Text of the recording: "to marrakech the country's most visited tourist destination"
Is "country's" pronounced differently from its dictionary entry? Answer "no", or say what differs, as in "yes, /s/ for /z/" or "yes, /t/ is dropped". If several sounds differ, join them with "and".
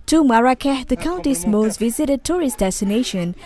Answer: yes, /ɹ/ is dropped and /s/ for /z/